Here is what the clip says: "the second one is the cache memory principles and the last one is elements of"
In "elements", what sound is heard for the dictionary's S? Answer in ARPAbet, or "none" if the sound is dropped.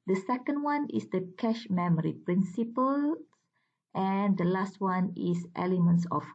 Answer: S